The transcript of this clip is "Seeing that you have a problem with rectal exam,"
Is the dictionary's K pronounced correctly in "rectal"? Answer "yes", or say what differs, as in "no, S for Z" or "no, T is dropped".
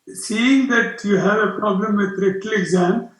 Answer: no, K is dropped